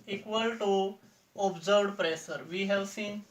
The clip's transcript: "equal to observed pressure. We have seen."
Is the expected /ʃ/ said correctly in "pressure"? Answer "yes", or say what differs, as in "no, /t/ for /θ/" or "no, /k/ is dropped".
no, /s/ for /ʃ/